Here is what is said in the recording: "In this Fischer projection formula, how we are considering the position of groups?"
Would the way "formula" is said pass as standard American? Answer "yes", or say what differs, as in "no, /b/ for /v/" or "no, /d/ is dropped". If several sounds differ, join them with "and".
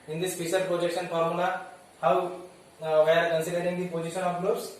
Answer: no, /n/ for /l/